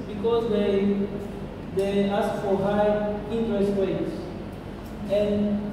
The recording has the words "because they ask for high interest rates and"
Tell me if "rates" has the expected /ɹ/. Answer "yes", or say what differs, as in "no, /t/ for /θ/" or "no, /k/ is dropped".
no, /w/ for /ɹ/